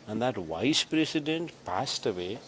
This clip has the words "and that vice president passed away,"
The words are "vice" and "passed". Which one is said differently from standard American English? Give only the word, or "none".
none